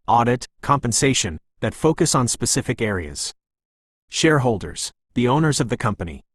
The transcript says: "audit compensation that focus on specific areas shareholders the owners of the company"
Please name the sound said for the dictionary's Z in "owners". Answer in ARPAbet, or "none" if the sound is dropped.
Z